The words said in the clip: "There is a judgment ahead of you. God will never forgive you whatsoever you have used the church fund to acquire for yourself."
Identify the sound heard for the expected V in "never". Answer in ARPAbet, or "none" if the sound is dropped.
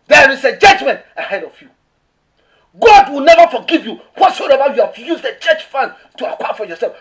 V